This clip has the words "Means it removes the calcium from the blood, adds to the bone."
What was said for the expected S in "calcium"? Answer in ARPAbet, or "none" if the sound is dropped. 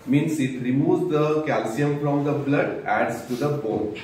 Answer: S